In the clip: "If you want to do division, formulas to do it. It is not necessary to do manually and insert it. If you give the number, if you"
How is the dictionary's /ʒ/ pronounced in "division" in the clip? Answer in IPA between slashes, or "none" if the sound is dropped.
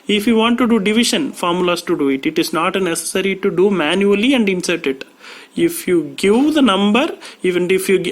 /ʃ/